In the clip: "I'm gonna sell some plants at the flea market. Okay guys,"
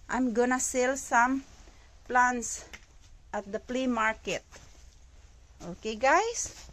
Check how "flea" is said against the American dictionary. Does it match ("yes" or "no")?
no